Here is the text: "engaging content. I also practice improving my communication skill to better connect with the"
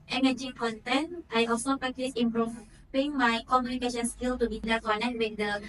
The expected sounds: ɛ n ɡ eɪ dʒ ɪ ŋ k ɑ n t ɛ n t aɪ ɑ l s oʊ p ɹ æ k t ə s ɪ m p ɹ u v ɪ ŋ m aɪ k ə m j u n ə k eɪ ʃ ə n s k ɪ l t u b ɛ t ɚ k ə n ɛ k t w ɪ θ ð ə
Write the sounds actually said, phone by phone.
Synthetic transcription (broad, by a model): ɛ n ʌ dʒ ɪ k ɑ n t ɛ n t aɪ ɑ l s oʊ p ɹ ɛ k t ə s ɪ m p ɹ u p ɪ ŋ m aɪ k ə m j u n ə k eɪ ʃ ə n s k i l t u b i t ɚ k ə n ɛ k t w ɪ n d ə